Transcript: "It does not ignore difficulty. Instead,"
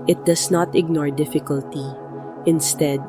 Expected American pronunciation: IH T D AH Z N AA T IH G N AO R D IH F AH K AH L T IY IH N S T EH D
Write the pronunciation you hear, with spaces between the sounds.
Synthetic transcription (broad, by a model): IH T D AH S N AA T IH G N AO R D IH F AH K AH L T IY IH N S T EH D